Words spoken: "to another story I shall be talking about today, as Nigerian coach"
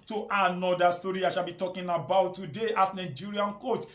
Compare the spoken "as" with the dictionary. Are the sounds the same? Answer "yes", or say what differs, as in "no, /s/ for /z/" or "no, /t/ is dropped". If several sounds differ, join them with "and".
no, /s/ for /z/